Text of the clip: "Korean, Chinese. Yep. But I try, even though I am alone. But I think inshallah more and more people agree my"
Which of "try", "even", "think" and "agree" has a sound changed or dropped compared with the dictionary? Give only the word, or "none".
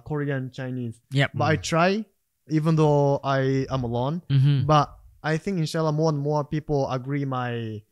none